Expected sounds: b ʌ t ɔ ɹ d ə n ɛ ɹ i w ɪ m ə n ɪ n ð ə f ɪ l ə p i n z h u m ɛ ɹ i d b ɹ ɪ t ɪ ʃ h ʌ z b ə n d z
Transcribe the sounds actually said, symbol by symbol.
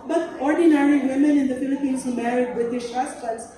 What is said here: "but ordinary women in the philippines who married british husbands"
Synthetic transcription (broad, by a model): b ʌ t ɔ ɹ d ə n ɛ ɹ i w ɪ m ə n ɪ n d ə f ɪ l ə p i n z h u m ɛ ɹ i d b ɪ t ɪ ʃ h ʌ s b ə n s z